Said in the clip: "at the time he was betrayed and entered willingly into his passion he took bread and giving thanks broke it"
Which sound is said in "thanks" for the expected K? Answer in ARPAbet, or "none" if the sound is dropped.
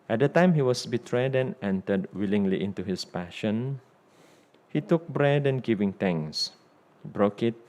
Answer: none